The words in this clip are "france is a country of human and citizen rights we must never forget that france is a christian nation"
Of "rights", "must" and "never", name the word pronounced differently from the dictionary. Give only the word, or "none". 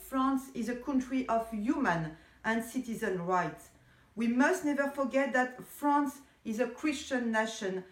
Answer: none